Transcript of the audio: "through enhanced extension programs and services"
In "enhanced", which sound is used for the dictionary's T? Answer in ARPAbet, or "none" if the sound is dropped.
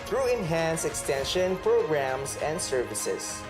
none